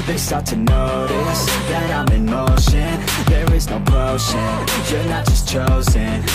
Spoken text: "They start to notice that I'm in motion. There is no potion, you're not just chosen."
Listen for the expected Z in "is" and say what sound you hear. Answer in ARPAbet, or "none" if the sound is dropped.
Z